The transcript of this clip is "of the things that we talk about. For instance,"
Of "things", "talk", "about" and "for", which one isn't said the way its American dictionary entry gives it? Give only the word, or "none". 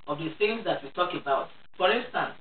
things